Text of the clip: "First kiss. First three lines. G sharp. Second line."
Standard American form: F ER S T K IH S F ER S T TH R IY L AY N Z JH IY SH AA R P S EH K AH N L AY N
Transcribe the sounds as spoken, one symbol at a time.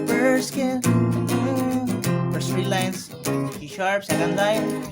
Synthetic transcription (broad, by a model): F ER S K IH F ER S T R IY L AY N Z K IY SH AA R P S EH K AH N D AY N